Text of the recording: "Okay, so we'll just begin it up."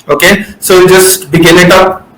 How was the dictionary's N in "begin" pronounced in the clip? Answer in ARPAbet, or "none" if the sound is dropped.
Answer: L